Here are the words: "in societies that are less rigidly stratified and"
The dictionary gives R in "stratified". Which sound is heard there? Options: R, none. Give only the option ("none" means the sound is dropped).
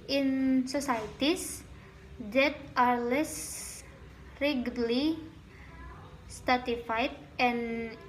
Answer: none